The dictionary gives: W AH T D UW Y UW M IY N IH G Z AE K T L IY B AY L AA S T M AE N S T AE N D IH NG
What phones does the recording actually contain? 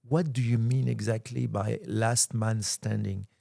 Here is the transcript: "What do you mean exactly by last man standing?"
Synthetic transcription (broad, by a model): W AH T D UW Y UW M IY N IH G Z AE K T L IY B AY L AA S T M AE N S T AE N D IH NG